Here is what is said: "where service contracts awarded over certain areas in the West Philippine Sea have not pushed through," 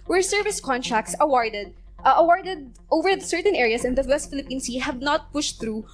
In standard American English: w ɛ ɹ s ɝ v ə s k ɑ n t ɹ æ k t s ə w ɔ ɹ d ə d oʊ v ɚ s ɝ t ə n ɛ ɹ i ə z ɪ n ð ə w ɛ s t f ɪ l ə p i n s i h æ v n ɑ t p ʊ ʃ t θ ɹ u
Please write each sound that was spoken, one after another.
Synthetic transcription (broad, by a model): w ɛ ɹ s ɝ v ə s k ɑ n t ɹ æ k t s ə w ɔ ɹ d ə d oʊ v ɚ s ɝ t ə n ɛ ɹ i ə s ɪ n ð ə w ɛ s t f ɪ l ə p i n s i h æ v n ɑ t p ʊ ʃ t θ ɹ u